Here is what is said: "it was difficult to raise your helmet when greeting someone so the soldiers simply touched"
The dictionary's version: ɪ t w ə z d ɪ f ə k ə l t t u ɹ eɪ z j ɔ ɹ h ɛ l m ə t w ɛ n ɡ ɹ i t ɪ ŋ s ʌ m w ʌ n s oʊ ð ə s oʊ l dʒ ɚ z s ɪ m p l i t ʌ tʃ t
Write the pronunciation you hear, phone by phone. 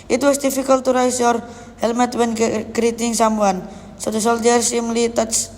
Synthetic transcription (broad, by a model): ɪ t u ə s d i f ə k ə l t t u ɹ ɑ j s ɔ ɹ h ɛ l m ə t w ɛ n ɡ ɹ i t ɪ ŋ s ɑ m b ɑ n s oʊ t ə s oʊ l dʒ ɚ s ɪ m l i t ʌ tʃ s